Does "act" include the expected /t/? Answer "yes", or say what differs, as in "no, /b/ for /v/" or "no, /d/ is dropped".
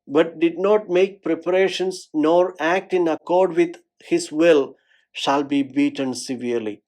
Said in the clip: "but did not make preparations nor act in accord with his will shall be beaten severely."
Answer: yes